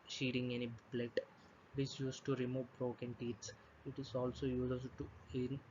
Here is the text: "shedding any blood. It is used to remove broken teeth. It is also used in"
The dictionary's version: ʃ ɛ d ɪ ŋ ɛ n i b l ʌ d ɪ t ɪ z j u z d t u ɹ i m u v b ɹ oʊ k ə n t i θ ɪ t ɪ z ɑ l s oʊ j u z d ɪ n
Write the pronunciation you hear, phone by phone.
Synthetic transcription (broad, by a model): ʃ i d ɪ ŋ ɛ n i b l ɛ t ɪ t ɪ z j u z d t u ɹ i m u v b ɹ oʊ k ə n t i s ɪ t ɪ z ɑ l s oʊ j u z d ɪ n